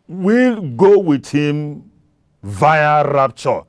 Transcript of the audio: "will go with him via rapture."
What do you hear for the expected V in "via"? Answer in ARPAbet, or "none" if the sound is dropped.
V